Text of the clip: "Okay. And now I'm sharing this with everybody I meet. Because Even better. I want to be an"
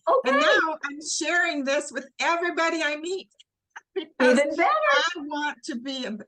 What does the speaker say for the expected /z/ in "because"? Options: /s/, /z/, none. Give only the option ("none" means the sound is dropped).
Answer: none